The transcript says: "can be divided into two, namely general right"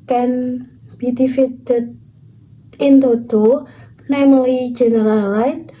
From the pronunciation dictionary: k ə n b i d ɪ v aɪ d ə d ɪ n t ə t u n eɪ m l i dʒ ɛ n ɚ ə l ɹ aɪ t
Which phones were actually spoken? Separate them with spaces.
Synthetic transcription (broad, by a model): k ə n b i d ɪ f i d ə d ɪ n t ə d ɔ n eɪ m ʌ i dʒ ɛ n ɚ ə l ɹ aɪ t